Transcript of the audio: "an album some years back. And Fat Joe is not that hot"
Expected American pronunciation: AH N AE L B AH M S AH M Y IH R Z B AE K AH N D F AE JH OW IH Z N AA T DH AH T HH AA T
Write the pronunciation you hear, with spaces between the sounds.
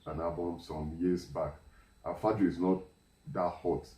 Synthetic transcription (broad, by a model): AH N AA B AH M S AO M Y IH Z B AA K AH F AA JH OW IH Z N AA T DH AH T HH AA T